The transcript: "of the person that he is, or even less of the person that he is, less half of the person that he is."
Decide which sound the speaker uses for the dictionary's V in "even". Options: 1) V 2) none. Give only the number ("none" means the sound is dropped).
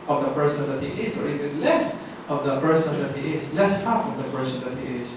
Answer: 2